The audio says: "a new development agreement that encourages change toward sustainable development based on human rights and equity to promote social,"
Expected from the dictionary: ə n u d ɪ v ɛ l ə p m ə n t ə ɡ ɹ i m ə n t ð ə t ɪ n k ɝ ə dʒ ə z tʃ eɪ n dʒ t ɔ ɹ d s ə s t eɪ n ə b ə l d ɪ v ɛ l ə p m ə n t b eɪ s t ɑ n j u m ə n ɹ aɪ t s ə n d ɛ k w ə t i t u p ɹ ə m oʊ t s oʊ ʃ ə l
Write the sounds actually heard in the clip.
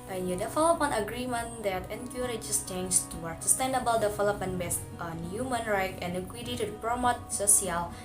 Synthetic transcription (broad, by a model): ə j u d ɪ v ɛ l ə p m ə n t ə ɡ ɹ i m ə n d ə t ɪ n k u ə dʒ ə s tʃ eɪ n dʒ t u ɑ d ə s t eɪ n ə b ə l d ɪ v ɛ l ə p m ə n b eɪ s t ɑ n j u m ə n ɹ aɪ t ə n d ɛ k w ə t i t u p ɹ ə m oʊ t s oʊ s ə l